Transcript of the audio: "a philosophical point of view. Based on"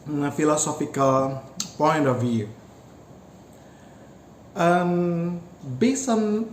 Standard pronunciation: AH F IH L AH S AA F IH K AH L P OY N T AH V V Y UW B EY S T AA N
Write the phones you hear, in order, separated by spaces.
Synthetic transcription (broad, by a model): F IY L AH S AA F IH K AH L P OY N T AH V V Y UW B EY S AA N